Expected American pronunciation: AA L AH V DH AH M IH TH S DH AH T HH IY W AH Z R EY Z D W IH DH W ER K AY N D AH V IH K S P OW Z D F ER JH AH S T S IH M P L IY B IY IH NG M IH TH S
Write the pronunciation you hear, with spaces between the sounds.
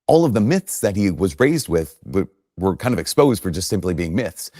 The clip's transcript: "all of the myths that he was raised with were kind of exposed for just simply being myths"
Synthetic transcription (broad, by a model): AA L AH V DH AH M IH TH S DH AH T HH IY W AH Z R EY Z D W IH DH W ER K AY N D AH V IH K S P OW Z D F ER JH AH S T S IH M P L IY B IY IH NG M IH TH S